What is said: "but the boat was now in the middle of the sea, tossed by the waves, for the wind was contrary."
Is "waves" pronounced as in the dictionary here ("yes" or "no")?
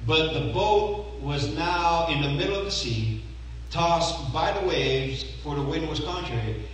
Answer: yes